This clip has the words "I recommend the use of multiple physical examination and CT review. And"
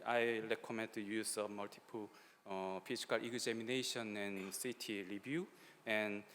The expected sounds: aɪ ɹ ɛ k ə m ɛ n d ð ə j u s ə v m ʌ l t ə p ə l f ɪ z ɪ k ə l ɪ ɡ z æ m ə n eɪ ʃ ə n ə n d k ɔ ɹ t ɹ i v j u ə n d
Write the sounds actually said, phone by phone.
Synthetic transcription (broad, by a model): aɪ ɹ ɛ k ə m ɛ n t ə j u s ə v m ʌ l t ə p ə l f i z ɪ k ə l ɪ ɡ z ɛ m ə n eɪ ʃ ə n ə n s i t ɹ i b j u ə n